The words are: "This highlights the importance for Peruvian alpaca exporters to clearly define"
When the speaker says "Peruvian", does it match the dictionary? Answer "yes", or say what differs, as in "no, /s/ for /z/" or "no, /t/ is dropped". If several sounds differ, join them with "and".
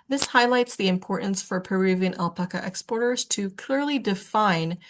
yes